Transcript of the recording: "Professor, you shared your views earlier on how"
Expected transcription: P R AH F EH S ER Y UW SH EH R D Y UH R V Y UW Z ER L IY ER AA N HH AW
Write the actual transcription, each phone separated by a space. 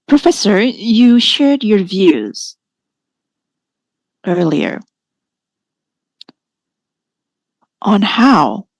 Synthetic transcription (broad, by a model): P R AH F EH S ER Y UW SH EH R D Y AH R V Y UW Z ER L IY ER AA N HH AW